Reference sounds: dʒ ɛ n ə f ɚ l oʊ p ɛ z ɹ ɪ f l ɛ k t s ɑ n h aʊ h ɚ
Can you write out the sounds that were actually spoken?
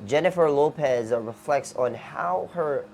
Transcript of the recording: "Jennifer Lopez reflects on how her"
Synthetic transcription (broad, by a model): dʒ ɛ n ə f ɚ l oʊ p ɛ z ɹ ɪ f l ɛ k t s n h aʊ h ɚ